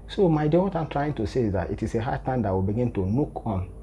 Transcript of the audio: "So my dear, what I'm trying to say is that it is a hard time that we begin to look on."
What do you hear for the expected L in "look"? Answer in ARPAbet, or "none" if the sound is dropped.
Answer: N